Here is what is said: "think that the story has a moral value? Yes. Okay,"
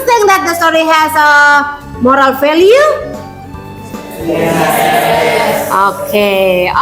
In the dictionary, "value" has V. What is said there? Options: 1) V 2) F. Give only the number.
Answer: 2